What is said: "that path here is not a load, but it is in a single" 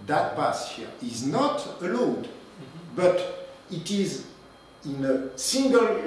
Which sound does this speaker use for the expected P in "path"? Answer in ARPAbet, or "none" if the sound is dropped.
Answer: B